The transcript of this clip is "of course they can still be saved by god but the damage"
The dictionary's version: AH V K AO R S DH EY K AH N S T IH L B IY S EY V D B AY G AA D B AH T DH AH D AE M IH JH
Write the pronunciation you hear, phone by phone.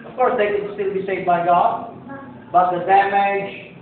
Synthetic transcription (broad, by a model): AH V K AO R S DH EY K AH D S T IH L B IY S EY V D B AY G AA D B AH T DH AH D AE M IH JH